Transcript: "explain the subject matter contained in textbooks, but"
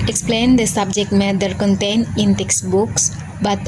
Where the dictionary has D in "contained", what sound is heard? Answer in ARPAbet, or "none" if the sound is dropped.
none